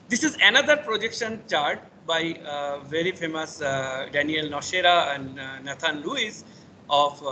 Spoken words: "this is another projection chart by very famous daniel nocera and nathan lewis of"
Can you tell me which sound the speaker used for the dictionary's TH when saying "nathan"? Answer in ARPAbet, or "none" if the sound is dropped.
T